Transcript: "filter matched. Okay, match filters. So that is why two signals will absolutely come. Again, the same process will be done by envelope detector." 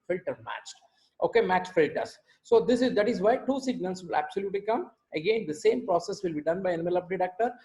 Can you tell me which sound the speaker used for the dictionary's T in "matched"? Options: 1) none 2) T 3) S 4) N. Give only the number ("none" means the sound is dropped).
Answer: 2